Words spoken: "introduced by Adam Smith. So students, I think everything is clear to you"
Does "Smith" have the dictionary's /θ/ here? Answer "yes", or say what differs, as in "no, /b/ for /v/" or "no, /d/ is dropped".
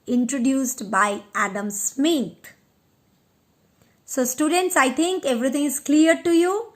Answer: no, /t/ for /θ/